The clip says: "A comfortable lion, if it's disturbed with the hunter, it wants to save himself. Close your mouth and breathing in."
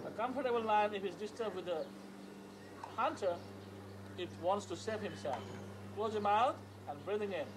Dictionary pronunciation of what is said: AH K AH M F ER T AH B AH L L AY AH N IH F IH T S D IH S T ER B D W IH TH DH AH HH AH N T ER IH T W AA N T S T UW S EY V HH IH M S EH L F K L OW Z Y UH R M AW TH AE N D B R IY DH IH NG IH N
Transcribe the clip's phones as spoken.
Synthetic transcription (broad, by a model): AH K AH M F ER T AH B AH L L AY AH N IH F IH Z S D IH S T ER B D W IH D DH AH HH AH N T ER IH T W AA N T S T UW S EY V HH IH M S EH L F K L OW Z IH M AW T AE N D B R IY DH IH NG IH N